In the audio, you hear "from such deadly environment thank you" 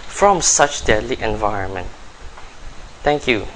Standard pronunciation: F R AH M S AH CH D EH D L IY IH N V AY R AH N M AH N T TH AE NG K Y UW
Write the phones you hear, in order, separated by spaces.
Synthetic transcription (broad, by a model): F R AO M S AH CH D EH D L IY IH N V AY R AH N M AH N T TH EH NG K Y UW